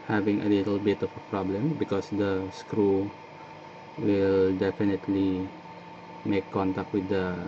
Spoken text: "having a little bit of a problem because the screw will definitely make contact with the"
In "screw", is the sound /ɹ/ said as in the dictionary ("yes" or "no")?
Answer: yes